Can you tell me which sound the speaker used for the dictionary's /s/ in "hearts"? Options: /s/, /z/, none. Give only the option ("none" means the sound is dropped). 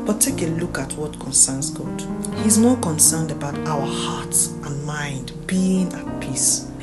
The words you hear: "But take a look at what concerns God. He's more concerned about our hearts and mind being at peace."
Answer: none